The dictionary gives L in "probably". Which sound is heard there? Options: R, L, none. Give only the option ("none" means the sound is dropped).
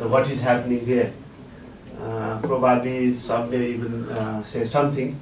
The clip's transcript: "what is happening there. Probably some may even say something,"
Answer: none